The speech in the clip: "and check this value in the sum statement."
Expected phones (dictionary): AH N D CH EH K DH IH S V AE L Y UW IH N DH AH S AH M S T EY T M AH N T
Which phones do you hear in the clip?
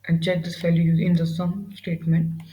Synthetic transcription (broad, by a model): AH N D CH EH K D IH S F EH L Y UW IH N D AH S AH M S T EY T M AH N T